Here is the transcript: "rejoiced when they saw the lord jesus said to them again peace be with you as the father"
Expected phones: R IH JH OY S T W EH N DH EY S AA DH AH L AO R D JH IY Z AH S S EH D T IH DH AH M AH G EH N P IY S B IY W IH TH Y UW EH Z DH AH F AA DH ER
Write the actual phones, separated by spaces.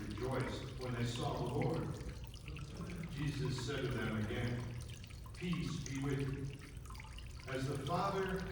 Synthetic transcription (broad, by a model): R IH JH OY S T W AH N DH EY S AA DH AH L AO R D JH IY Z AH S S EH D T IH DH AH M AH G EH N P IY S B IY W IH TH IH Z DH AH F AA DH ER